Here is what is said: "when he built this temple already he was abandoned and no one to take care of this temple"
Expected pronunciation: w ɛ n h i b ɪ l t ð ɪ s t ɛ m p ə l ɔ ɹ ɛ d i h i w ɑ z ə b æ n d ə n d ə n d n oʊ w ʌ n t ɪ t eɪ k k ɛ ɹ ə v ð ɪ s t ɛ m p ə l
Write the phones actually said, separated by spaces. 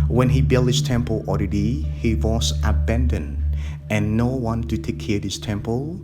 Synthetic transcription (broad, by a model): w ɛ n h i b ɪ l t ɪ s t ɛ m p ə l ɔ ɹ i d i h i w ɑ s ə b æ n d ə n ə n n oʊ w ʌ n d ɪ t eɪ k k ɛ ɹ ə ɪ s t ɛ m p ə l